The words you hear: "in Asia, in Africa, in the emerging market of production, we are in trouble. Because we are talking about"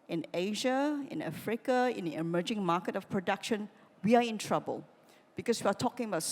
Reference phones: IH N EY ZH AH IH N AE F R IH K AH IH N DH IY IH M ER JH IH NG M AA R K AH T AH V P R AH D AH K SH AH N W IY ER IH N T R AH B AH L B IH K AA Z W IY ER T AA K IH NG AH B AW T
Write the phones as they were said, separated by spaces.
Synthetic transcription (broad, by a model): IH N EY ZH AH IH N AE F R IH K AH IH N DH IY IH M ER JH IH NG M AA K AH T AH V P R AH D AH K SH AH N W IY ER IH N T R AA B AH L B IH K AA S W IY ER T AA K IH NG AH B AW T